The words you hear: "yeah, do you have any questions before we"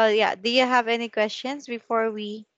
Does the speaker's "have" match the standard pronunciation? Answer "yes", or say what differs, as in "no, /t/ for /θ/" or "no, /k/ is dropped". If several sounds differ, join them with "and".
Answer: yes